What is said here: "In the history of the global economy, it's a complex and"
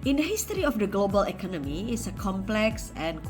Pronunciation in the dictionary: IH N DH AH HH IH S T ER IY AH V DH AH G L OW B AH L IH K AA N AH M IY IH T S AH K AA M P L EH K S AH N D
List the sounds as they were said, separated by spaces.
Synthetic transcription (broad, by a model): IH N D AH HH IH S T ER IY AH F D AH G L OW B AH L IH K AA N AH M IY IH T S AH K AA M P L EH K S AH N